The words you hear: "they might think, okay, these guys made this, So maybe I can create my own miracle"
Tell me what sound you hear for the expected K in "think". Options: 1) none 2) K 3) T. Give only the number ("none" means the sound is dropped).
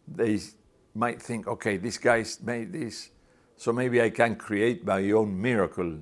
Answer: 2